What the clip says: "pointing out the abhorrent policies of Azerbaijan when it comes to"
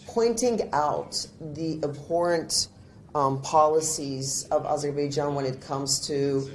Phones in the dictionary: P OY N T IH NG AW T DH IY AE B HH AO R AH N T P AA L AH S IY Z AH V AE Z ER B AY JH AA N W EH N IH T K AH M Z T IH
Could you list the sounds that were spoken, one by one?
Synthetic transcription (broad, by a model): P OY N T IH NG AW T DH IY AE B HH AO R AH N T P AA L AH S IY Z AH V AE Z ER B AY JH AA N W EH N IH T K AH M Z T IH